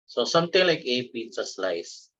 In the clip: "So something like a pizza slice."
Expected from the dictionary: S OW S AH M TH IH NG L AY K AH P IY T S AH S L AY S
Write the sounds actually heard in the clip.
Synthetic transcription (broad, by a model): S OW S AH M T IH NG L AY K AH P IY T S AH S L AY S